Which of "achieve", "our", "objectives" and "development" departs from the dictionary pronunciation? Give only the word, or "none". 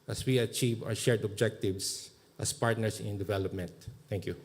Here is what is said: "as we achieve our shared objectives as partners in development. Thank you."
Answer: objectives